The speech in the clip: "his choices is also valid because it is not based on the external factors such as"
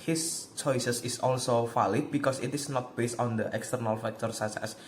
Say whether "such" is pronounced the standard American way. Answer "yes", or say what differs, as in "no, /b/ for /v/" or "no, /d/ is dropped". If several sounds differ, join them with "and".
no, /s/ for /tʃ/